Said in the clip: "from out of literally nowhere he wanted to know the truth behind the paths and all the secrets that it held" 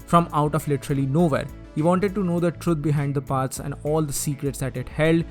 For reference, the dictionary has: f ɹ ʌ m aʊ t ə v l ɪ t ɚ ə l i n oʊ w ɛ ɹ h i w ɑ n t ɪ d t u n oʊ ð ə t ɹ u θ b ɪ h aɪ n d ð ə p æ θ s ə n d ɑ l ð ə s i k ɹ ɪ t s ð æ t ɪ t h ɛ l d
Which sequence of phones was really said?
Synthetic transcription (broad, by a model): f ɹ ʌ m aʊ t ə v l ɪ t ɚ ə l i n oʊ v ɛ ɹ h i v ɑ n t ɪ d t u n oʊ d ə t ɹ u t b ɪ h aɪ n d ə p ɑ t s ə n d ɑ l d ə s i k ɹ ɪ t s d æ t ɪ t h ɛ l d